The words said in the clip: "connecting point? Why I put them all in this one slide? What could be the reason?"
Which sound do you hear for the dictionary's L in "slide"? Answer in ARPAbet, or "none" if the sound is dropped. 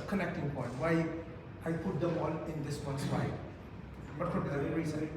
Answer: W